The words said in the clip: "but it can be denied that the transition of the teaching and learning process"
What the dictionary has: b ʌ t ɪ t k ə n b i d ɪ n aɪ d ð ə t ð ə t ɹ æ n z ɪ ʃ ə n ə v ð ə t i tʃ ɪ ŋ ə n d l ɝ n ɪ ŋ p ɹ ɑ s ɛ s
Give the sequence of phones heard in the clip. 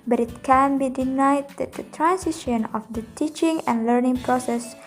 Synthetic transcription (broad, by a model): b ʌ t ɪ t k ə n b i d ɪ n aɪ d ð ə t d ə t ɹ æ n s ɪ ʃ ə n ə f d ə t i tʃ ɪ ŋ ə n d l ɝ n ɪ ŋ p ɹ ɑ s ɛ s